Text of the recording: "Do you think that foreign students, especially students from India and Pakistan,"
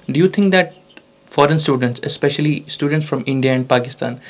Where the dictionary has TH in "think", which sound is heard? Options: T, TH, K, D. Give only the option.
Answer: T